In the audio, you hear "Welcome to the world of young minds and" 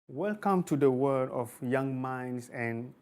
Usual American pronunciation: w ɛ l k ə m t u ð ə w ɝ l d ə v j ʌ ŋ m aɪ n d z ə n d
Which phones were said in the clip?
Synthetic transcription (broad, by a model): w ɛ l k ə m t u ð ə w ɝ d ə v j ʌ ŋ m aɪ n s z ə n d